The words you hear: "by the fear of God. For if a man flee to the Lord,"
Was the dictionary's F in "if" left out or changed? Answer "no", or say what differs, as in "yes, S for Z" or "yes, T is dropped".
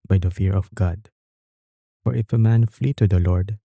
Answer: no